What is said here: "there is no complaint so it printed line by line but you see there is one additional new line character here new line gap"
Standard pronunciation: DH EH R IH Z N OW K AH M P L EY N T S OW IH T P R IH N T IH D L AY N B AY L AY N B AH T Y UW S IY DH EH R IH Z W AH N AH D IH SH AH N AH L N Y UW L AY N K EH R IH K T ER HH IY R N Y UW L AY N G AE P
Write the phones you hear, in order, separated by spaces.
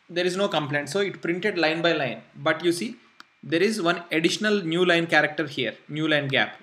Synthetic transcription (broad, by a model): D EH R IH Z N OW K AH M P L EY N T S OW IH T P R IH N T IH D L AY N B AY L AY N B AH T Y UW S IY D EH R IH Z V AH N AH D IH SH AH N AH L N Y UW L AY N K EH R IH K T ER HH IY R N Y UW L AY N G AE P